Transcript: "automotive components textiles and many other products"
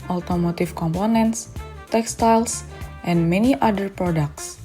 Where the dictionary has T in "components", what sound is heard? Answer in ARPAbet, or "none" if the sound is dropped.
T